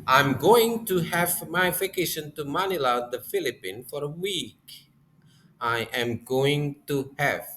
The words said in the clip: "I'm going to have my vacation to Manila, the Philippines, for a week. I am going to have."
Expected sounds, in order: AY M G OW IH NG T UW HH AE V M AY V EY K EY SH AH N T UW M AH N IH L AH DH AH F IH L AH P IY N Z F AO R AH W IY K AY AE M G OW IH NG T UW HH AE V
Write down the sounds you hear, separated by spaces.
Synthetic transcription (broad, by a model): AY M G OW IH NG T UW HH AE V M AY F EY K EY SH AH N T UW M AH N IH L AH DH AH F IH L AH P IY N F AO R AH W IY K AY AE M G OW IH NG T UW HH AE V